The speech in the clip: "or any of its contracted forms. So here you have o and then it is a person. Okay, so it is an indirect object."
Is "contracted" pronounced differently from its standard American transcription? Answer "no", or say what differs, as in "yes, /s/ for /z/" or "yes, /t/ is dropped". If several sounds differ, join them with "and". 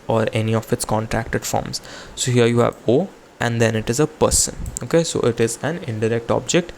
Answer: no